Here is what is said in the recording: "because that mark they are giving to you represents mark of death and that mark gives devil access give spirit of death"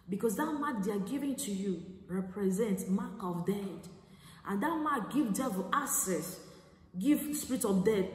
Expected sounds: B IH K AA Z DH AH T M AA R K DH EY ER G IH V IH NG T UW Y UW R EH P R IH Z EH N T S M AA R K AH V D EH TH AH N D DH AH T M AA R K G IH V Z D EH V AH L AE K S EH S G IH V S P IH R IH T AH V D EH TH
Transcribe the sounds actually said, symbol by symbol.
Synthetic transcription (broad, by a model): B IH K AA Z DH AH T M AA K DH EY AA G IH V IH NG T UW Y UW R EH P R IH Z EH N T S M AA K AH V D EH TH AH N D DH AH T M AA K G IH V D EH V AH L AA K S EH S G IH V S P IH R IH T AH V D EH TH